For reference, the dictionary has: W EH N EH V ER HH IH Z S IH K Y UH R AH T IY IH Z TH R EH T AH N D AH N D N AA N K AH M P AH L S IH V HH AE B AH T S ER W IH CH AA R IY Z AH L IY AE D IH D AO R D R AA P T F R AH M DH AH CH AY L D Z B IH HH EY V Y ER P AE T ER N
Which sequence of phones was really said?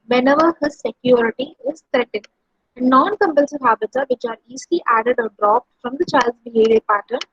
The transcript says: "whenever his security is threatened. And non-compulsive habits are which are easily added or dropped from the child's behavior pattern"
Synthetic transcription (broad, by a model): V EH N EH V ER HH IH Z S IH K Y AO R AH T IY IH Z T R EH T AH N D AH N D N AA N K AH M P AH L S IH V HH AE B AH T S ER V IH CH AA R IY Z L IY AE D IH D AO R D R AA P T F R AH M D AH CH AY L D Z B IH HH EY V Y ER P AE T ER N